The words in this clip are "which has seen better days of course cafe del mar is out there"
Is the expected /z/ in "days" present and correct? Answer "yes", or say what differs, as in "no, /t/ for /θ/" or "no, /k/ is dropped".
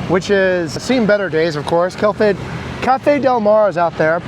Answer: yes